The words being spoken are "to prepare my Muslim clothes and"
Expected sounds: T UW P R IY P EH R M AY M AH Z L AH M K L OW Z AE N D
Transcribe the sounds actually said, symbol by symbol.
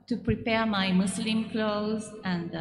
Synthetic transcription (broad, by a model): T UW P R IY P EH R M AY M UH S L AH M K L OW Z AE N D